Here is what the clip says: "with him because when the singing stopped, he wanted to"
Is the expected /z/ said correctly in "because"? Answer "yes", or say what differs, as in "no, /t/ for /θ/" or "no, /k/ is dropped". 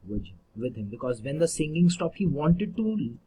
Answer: yes